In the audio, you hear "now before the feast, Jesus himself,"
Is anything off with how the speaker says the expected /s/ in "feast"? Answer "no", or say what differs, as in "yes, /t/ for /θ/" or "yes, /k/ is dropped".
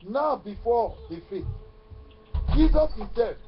yes, /s/ is dropped